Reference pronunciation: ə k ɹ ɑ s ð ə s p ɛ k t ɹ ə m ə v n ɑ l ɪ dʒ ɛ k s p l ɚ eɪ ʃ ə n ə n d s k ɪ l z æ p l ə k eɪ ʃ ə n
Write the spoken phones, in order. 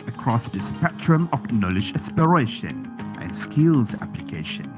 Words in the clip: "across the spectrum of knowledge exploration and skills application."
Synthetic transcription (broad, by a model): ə k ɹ ɑ s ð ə s p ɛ t ɹ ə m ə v n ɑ l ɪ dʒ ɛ s p ɚ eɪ ʃ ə n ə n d s k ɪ l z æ p l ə k eɪ ʃ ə n